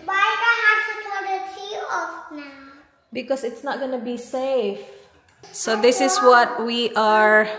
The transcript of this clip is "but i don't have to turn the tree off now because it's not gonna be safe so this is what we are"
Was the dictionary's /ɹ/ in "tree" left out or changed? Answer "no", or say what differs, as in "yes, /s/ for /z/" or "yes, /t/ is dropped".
yes, /ɹ/ is dropped